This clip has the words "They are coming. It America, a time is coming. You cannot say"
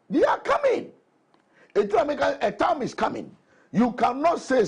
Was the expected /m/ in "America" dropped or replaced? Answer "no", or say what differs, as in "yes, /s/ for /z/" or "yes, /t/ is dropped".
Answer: yes, /m/ is dropped